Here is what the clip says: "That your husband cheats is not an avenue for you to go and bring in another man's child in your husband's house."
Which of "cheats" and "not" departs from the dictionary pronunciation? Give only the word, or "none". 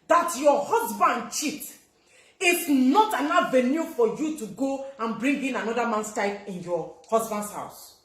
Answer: cheats